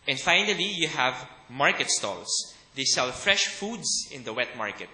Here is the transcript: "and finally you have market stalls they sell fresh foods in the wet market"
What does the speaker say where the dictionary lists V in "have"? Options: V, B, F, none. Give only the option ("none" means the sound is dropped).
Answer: V